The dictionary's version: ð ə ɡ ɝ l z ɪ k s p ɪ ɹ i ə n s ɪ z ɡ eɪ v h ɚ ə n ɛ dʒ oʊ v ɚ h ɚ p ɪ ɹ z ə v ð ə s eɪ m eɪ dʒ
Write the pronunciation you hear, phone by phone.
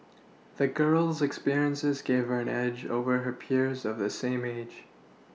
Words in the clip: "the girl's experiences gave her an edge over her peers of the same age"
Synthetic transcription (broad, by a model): ð ə ɡ ɝ l z ɪ k s p ɪ ɹ i ə n s ɪ z ɡ eɪ v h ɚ ə n ɛ dʒ oʊ v ɚ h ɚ p ɪ ɹ z ə v ð ə s eɪ m eɪ dʒ